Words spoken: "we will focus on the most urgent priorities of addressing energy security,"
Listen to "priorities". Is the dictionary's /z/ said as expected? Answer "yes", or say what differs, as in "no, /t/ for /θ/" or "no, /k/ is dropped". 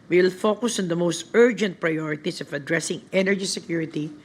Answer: no, /s/ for /z/